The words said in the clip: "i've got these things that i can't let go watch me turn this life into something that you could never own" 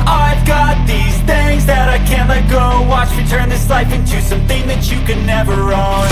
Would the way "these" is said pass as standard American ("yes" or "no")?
yes